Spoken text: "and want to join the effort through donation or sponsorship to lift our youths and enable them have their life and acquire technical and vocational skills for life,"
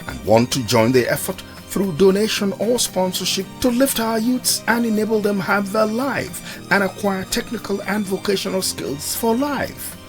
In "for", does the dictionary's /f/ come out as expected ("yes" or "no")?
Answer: yes